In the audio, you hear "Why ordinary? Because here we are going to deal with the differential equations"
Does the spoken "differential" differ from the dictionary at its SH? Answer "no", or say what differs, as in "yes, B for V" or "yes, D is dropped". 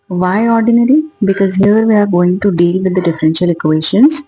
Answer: no